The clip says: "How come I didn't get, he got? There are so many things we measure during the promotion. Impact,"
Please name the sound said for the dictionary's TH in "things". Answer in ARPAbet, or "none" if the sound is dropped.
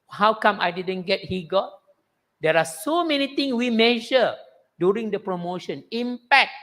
T